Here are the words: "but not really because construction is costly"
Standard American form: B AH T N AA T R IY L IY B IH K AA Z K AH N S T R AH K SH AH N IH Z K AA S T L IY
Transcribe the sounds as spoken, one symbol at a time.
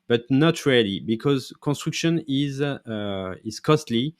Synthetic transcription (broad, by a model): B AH T N AA T R IY L IY B IH K AA Z K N S T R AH K SH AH N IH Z K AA S T L IY